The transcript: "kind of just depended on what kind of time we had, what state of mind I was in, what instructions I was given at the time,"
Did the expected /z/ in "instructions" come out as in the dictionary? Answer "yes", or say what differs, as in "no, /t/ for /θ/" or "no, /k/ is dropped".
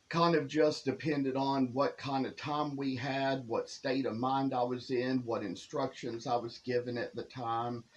yes